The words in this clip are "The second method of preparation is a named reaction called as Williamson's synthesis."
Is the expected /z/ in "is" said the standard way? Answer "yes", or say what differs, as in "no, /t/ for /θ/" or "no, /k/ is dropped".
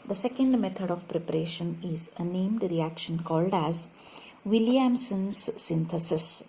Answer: yes